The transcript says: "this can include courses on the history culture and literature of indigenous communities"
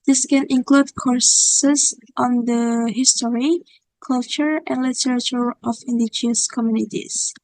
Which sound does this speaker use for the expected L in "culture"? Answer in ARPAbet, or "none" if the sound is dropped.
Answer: L